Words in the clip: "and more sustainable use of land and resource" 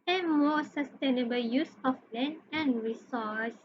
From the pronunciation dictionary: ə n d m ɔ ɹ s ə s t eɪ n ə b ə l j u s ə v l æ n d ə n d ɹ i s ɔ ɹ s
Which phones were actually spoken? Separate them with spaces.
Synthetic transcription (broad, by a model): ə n m ɔ s ə s t eɪ n ə b ə l j u s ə f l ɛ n ə n ɹ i s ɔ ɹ s